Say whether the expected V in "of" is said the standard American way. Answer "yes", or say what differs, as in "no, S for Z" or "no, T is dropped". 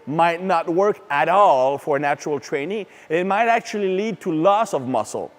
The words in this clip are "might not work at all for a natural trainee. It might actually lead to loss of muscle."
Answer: yes